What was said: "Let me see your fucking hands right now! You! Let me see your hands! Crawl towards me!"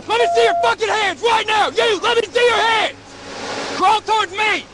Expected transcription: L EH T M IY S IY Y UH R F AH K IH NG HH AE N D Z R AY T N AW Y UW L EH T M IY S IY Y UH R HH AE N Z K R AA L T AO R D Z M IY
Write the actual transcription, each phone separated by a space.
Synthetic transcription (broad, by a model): L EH T M IY S IY Y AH R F AH K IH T HH AE N D Z R AY T N AW Y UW L EH T M IY S IY Y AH R HH AE N Z K R AA L T AO R D Z M IY